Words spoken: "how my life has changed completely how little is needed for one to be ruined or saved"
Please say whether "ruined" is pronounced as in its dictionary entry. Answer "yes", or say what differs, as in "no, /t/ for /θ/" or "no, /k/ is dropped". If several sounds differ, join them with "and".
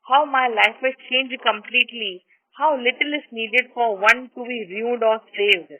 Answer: no, /n/ is dropped